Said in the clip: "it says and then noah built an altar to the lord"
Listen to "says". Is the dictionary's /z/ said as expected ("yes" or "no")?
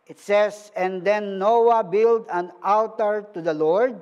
no